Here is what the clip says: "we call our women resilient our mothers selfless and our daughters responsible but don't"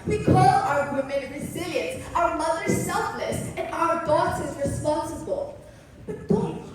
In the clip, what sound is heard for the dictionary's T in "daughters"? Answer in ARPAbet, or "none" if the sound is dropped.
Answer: S